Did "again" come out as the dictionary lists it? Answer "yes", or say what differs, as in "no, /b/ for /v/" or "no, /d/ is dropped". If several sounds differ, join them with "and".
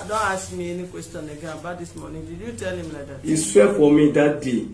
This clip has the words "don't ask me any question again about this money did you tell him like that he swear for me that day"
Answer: no, /n/ is dropped